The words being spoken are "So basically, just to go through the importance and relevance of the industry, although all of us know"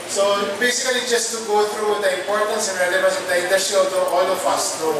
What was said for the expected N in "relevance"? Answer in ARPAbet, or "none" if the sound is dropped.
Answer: none